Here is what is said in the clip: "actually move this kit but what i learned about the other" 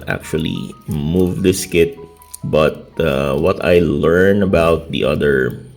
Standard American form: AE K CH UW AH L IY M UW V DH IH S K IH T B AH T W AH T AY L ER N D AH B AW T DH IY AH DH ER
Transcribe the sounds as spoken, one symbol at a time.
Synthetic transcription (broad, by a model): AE K CH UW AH L IY M UW V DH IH S K IH T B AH T W AH T AY L ER N AH B AW T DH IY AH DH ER